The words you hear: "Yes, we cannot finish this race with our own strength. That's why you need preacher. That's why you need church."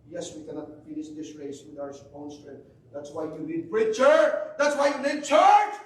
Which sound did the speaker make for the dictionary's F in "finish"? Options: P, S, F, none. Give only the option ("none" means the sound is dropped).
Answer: F